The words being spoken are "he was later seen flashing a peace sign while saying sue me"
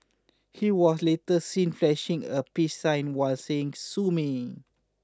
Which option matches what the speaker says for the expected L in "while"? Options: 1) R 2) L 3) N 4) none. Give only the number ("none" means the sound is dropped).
2